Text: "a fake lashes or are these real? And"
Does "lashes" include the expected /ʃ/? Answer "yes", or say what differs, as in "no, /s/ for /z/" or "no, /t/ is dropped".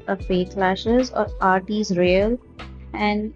yes